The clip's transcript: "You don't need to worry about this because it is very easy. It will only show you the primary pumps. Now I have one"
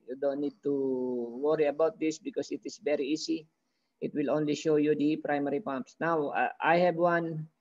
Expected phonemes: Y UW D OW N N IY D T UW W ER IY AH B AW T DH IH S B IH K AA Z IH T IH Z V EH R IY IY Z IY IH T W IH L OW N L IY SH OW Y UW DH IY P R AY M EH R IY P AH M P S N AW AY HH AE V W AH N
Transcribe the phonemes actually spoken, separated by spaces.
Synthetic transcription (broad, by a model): Y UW D OW N N IY D T UW W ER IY AH B AW T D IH S B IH K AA S IH T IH S V EH R IY IY S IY IH T W IH L OW N L IY SH OW Y UW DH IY P R AY M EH R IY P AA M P S N AW AY HH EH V W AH N